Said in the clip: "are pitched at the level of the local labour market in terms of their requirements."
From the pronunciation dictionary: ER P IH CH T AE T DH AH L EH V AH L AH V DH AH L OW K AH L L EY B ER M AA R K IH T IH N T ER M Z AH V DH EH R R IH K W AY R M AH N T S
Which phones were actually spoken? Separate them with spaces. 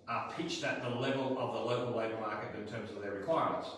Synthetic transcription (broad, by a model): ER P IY CH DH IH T DH AH L EH V AH L AH V DH AH L OW K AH L L EY B ER M AA R K IH T IH N T ER M Z AH V DH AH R R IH K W AY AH M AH N T S